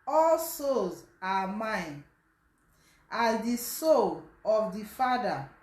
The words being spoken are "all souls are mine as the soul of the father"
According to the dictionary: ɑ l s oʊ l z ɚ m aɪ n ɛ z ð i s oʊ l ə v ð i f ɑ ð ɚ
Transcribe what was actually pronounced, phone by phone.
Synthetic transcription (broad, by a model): ɑ l s oʊ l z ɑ m aɪ n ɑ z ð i s oʊ l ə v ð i f ɑ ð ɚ